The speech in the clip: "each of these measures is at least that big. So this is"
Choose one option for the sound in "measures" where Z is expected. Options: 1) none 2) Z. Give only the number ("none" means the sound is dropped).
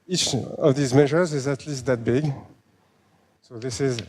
2